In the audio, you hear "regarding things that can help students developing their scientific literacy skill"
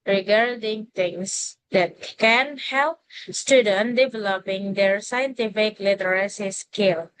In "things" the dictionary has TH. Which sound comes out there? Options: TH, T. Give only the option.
T